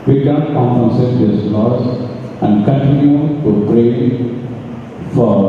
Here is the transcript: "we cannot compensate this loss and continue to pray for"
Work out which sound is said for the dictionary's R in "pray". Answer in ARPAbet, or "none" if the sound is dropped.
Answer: R